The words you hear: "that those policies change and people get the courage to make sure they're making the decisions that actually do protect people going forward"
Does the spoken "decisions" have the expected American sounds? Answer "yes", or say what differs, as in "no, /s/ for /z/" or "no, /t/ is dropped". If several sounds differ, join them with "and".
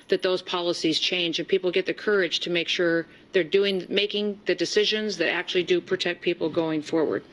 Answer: yes